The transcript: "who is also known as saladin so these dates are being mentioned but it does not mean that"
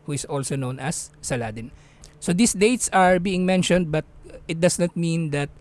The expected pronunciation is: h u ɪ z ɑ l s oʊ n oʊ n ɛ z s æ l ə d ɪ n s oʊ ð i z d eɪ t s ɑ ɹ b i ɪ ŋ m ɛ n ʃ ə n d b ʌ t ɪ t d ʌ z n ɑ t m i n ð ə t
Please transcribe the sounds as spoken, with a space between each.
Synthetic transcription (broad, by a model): h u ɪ s ɑ l s oʊ n oʊ n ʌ s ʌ l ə d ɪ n s oʊ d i s d eɪ t s ɑ ɹ b i ɪ ŋ m ɛ n ʃ ə n d b ʌ t ɪ t d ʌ s n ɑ t m i n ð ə t